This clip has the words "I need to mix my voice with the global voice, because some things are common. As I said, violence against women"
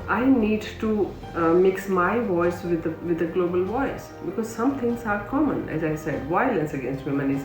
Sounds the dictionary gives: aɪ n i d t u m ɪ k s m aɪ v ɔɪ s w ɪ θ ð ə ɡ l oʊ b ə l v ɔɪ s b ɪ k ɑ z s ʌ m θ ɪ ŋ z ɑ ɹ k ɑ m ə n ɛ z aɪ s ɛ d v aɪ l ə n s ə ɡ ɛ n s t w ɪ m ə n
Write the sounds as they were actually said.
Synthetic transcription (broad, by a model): aɪ n i d t u m ɪ k s m aɪ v ɔɪ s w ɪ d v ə ɡ l oʊ b ə l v ɔɪ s b ɪ k ɑ z s ʌ m t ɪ ŋ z ɑ ɹ k ɑ m ə n ɛ z aɪ s ɛ d v aɪ l ə n s ə ɡ ɛ n s t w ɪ m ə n